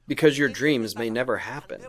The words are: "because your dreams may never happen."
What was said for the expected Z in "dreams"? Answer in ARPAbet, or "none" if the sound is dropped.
Z